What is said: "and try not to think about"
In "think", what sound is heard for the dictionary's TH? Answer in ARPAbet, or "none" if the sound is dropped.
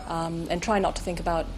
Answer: TH